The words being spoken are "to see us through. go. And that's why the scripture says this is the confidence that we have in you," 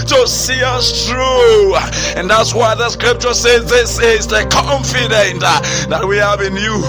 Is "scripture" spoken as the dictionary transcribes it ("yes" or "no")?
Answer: yes